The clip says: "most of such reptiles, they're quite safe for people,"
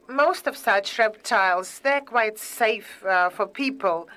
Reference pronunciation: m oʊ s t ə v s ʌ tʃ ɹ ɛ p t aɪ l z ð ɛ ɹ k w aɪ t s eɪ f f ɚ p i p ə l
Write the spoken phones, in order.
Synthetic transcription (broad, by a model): m oʊ s t ə v s ʌ tʃ ɹ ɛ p t aɪ l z ð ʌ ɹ k w aɪ t s eɪ f f ɚ p i p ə l